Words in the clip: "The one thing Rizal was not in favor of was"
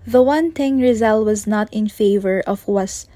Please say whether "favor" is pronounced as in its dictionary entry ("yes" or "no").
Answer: yes